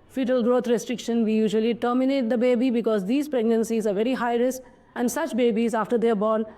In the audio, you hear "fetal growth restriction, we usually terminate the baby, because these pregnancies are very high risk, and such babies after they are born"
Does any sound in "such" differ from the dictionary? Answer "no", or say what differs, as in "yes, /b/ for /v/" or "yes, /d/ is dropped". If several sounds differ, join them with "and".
no